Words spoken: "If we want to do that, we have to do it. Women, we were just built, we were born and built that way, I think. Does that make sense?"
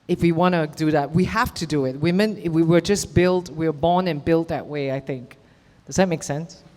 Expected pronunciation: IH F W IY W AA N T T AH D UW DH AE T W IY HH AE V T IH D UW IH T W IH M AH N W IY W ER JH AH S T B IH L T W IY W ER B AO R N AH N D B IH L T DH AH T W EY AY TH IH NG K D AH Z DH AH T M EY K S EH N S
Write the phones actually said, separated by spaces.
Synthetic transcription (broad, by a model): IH F W IY W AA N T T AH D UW DH AE T W IY HH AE F T IH D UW IH T W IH M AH N W IY W ER JH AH S B IH L T W IY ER B AO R N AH N B IH L T DH AH T W EY AY TH IH NG K D AH Z DH AH T M EY K S EH N S